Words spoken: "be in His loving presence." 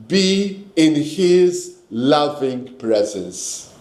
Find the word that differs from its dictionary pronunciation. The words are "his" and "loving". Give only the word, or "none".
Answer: none